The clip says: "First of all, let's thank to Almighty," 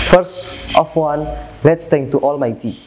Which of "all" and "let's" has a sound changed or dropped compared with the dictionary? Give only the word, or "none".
all